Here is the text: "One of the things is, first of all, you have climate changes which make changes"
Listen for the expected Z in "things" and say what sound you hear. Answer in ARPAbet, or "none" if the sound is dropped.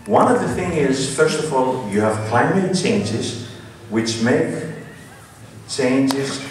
none